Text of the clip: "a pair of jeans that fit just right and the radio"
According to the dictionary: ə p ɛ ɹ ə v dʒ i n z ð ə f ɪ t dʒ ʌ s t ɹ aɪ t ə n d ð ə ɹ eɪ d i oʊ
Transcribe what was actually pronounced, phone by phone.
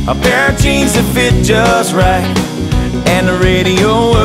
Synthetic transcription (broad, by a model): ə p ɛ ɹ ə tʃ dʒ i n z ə f ɪ t dʒ ʌ s t ɹ aɪ t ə n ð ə ɹ eɪ d i oʊ